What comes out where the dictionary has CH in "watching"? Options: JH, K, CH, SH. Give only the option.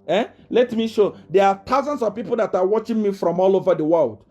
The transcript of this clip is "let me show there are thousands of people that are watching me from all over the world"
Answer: CH